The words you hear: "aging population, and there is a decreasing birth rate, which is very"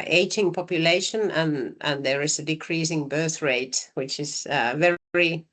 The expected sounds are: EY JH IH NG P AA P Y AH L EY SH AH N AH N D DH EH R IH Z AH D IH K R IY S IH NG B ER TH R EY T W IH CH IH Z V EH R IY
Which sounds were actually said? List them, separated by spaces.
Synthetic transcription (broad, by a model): EY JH IH NG P AA P Y AH L EY SH AH N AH N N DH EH R IH Z AH D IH K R IY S IH NG B ER TH R EY T W IH CH IH Z V EH R IY